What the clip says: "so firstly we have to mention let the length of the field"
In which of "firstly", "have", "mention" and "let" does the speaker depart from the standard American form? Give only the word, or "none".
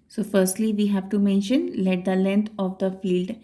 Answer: none